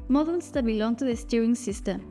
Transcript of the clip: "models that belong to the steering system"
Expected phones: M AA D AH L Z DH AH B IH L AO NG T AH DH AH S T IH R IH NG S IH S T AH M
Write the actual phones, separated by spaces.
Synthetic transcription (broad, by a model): M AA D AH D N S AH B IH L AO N T AH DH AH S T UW IH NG S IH S T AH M